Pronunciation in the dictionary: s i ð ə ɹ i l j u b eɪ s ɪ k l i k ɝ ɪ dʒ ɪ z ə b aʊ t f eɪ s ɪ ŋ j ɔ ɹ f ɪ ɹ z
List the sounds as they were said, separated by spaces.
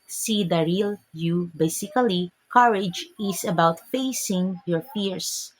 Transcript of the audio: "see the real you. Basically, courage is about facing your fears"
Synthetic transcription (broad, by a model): s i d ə ɹ i l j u b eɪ s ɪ k l i k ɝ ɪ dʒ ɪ s ə b aʊ t f eɪ s ɪ ŋ j ɔ ɹ f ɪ ɹ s